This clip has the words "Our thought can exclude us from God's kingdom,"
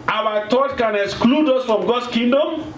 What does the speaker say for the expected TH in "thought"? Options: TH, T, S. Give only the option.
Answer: T